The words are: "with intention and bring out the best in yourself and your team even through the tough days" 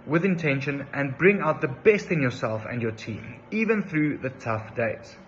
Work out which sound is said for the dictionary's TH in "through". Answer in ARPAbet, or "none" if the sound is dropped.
TH